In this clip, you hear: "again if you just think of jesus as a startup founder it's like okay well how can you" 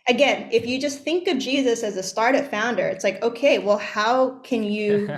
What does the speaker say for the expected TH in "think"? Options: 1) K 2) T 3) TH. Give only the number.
3